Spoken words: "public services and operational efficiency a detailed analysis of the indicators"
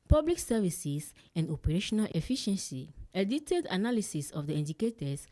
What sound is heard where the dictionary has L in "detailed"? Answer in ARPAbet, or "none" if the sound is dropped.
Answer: none